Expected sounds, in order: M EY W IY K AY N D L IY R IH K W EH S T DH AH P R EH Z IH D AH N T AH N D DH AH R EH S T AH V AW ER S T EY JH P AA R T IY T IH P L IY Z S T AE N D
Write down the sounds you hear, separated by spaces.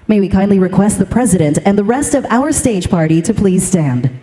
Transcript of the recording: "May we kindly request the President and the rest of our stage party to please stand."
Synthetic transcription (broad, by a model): M EY W IY K AY N D L IY R IH K W EH S T DH AH P R EH Z IH D AH N T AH N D DH AH R EH S T AH V AW ER S T EY JH P AA R T IY T IH P L IY Z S T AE N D